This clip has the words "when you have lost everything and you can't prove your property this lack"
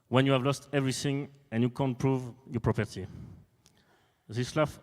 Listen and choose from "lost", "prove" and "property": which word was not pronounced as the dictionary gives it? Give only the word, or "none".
none